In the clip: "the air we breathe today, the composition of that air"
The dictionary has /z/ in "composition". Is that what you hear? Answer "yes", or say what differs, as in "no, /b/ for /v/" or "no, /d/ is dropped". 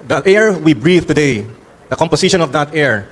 no, /s/ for /z/